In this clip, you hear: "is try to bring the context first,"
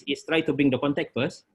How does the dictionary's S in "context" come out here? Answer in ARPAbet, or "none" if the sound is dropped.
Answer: none